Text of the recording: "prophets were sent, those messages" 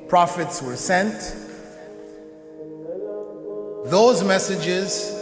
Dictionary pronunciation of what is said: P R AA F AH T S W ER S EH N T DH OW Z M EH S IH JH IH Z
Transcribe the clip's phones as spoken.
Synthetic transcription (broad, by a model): P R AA F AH T S W ER S EH N T DH OW Z M EH S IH JH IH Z